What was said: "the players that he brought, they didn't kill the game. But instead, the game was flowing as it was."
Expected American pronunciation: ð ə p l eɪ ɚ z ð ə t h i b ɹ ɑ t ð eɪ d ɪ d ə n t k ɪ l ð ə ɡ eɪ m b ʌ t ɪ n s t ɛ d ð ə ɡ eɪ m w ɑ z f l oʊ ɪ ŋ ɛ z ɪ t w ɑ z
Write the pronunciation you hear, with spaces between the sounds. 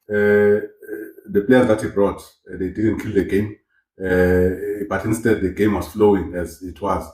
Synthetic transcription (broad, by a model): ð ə p l eɪ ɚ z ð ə t h i b ɹ ɑ t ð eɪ d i d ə n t k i l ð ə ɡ eɪ m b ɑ t ɪ n s t ɛ d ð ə ɡ eɪ m w ɑ z f l oʊ ɪ ŋ ɛ z ɪ t w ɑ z